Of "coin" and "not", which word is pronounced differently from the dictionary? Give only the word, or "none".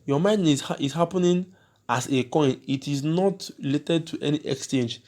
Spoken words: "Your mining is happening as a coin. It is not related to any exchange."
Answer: none